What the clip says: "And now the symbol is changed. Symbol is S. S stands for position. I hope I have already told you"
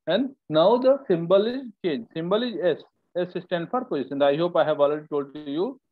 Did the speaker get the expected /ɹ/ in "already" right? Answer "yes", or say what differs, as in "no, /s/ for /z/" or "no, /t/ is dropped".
no, /ɹ/ is dropped